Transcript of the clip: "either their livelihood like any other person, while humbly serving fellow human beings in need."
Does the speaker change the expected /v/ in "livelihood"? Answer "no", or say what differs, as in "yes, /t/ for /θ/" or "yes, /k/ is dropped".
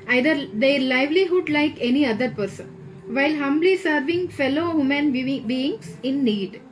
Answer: no